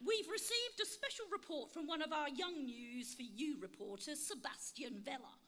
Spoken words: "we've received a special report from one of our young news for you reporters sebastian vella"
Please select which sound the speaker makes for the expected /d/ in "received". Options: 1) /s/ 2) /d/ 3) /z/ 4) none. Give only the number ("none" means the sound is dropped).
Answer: 2